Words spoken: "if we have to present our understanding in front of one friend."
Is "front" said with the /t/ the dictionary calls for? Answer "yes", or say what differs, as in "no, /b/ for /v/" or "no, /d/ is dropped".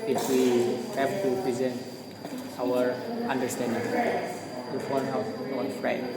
no, /t/ is dropped